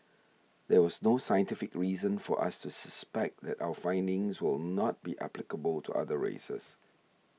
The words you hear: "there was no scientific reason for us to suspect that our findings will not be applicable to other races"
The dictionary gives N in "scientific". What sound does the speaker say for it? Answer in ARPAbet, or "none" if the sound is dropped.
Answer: N